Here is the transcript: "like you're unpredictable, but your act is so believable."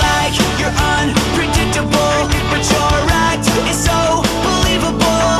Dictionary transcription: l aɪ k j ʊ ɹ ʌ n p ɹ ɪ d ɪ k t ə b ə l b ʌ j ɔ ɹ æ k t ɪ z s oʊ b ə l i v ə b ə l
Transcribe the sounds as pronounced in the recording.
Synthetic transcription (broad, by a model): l aɪ k j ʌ ɹ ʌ n p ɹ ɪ d ɪ k t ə b l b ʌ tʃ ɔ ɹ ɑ t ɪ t s oʊ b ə l i v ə b l